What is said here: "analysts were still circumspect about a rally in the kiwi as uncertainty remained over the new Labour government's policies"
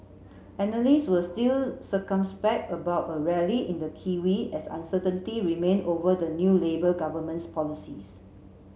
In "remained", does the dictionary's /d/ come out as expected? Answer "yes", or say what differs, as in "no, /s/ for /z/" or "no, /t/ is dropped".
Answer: no, /d/ is dropped